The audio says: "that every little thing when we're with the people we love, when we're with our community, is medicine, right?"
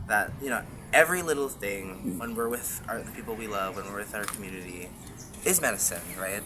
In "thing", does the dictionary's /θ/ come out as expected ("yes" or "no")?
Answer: yes